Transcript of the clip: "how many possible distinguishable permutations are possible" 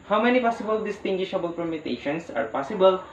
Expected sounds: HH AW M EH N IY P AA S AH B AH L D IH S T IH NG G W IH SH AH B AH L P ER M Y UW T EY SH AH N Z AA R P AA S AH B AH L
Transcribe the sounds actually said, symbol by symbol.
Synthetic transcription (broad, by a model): HH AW M EH N IY P AA S AH B AH L D IH S T IH NG G W IH SH AH B AH L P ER M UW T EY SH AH N S AA R P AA S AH B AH L